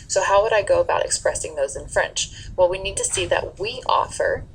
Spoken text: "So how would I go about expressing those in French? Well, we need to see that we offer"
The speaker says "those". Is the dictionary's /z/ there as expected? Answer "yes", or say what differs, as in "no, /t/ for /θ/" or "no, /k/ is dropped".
yes